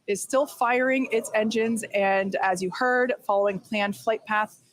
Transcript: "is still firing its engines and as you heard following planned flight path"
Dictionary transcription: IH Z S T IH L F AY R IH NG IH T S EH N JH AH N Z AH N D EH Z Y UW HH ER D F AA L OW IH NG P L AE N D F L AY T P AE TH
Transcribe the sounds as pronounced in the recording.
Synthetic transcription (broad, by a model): IH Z S T IH L F AY R IH NG IH T S EH N JH AH N Z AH N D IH Z Y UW HH ER D F AA L OW IH NG P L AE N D F L AY T P AE TH